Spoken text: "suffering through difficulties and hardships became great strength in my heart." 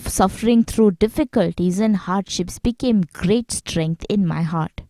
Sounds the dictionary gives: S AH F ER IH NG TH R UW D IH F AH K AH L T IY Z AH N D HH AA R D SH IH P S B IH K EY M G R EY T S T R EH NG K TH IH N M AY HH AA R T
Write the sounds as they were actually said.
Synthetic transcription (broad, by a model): S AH F ER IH NG T R UW D IH F AH K AH L T IY Z AH N D HH AA R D SH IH P S B IH K EY M G R EY T S T R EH NG K T IH N M AY HH AA R T